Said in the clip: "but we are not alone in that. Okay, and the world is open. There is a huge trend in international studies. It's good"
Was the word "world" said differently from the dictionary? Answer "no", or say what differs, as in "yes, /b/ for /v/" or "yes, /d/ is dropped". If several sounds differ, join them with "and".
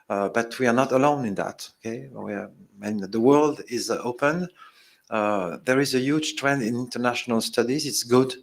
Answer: no